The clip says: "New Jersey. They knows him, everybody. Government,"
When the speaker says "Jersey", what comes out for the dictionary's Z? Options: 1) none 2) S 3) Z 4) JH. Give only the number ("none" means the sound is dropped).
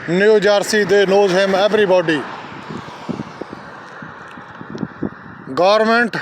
2